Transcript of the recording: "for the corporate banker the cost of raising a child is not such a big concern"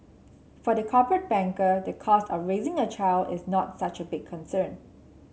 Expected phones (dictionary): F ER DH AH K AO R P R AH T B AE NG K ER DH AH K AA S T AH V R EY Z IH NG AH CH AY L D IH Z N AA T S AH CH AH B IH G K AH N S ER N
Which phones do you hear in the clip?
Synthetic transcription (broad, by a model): F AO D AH K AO P R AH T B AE NG K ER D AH K AA S T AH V R EY Z IH NG AH CH AY L D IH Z N AA T S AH CH AH B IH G K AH N S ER N